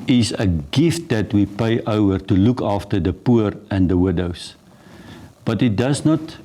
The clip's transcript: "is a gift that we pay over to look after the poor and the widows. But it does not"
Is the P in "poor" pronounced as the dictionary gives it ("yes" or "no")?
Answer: yes